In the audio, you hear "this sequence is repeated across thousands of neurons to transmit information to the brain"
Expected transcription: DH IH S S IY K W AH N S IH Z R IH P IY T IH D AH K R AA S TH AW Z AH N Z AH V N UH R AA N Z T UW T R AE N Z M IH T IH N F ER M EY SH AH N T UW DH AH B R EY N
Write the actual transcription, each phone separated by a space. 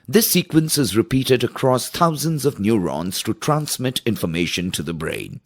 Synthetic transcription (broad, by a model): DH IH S S IY K W AH N S IH Z R IH P IY T IH D AH K R AA S T AW Z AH N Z AH V N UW R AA N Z T UW T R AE N S M IH T IH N F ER M EY SH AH N T UW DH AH B R EY N